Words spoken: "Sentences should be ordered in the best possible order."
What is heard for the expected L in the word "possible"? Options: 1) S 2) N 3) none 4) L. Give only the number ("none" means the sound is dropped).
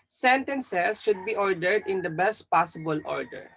4